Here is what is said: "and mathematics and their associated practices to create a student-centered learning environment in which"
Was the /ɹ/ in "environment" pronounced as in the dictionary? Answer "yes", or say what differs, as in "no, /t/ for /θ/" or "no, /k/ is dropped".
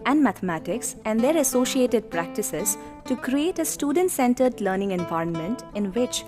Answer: yes